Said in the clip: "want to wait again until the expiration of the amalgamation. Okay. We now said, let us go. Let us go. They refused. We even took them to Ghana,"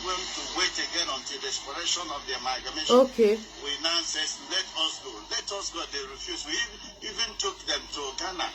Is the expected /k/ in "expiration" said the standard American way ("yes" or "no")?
no